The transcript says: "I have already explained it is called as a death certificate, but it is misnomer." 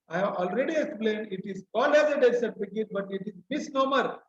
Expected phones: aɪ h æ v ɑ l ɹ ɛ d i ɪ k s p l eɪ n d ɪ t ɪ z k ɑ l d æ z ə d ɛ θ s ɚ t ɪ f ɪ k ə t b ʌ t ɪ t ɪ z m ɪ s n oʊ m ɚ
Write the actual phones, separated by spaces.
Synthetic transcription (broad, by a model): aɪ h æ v ɑ l ɹ ɛ d i ɪ k s p l eɪ n d ɪ t ɪ z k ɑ l æ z ə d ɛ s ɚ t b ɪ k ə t b ʌ t ɪ t ɪ z m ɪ s n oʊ m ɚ